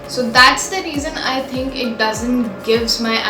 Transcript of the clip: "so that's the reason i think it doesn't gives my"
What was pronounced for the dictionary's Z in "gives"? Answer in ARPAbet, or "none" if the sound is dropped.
Z